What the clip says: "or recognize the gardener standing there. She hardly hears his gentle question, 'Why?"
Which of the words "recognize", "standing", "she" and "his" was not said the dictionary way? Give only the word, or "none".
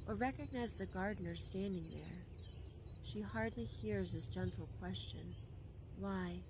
his